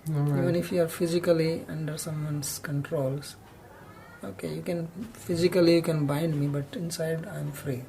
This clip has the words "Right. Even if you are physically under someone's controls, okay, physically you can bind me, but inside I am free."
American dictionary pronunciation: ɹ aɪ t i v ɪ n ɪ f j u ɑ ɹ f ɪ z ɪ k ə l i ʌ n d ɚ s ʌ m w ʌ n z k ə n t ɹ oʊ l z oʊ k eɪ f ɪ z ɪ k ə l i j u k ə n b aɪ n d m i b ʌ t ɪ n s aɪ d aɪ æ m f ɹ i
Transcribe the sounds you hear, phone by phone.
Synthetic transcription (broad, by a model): i v ɪ n ɪ f j u ɑ ɹ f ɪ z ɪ k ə l i ʌ n d ɚ s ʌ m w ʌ n s k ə n t ɹ oʊ l s oʊ k eɪ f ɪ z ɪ k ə l i j u k ə n b aɪ n d m i b ʌ t ɪ n s aɪ d aɪ m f ɹ i